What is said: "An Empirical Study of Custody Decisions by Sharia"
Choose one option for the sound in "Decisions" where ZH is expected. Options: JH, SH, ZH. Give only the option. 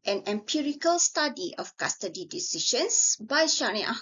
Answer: SH